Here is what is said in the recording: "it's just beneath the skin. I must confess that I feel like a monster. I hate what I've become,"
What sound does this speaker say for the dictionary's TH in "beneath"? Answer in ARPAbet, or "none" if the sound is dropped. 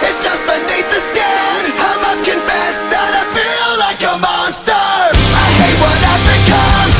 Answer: T